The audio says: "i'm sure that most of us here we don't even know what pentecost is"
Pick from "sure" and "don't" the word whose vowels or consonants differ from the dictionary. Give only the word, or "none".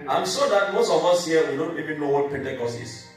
sure